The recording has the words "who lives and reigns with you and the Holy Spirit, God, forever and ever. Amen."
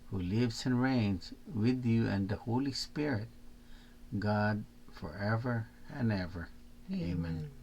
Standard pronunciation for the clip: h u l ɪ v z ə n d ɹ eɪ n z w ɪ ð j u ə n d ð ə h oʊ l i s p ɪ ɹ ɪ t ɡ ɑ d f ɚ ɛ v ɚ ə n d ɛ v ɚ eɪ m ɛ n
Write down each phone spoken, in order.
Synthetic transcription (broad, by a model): h u l ɪ v z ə n ɹ eɪ n z w ɪ ð j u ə n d ð ə h oʊ l i s p ɪ ɹ ɪ t ɡ ɑ d f ɚ ɛ v ɚ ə n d ɛ v ɚ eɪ m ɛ n